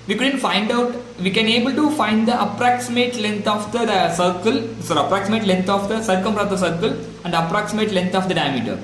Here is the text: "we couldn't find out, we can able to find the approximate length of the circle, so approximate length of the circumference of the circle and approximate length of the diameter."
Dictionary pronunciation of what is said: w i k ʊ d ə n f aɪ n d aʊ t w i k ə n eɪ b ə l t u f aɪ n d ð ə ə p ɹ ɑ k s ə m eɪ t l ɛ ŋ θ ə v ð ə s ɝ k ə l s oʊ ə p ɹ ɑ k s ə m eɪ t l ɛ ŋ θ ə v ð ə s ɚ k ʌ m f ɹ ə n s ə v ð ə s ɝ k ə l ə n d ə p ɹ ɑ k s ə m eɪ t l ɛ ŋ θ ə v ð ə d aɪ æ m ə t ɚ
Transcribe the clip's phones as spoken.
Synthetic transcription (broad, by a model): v i k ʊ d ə n f aɪ n d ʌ t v i k ə n eɪ b ə l t u f aɪ n d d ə ə p ɹ ɑ k s ə m eɪ t l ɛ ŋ t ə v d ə s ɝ k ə l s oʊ ə p ɹ ɑ k s ə m eɪ t l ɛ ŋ t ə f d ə s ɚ k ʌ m p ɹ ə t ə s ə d k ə l ə n d ə p ɹ ɑ k s ə m eɪ t l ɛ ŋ t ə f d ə d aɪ m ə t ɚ